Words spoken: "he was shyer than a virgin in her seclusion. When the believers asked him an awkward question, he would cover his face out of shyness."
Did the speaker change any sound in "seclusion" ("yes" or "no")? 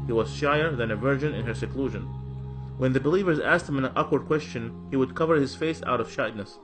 no